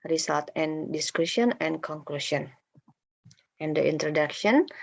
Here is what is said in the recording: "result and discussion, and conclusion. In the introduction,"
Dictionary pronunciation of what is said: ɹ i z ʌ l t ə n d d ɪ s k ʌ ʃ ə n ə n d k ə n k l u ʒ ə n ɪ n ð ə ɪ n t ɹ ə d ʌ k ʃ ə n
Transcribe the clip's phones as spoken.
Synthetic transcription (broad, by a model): ɹ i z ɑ l t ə n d d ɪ s k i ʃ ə n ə n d k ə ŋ k l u ʃ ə n ɪ n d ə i n t ɹ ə d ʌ k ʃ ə n